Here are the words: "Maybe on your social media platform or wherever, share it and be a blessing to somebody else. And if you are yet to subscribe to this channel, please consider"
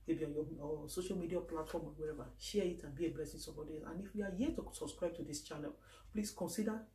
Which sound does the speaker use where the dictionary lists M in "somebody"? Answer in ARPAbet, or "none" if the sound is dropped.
none